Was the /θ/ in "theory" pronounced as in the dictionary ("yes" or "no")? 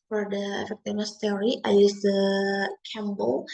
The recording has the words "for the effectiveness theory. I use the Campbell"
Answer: no